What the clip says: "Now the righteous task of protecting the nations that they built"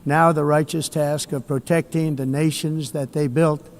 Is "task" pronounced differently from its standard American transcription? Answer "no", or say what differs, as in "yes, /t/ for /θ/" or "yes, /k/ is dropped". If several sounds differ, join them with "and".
no